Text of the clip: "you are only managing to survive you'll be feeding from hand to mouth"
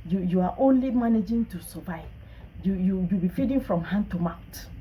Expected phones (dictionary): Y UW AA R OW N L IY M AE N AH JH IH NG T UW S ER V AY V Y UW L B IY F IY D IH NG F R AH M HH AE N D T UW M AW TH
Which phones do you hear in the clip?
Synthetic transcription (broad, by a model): Y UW AA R OW N L IY M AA N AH JH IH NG T UW S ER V AY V Y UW W B IY F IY D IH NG F R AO M HH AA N T UW M AW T